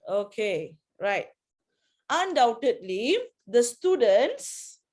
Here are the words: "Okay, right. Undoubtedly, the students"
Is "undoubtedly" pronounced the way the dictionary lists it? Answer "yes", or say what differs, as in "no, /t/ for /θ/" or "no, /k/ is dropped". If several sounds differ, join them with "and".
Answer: yes